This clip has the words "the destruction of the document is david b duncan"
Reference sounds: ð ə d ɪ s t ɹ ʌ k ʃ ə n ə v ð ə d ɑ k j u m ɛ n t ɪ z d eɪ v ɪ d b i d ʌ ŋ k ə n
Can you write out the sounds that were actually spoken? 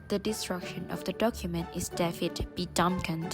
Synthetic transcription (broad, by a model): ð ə d ɪ s t ɹ ʌ k ʃ ə n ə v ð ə d ɑ k j u m ɛ n t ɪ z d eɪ f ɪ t b i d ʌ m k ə n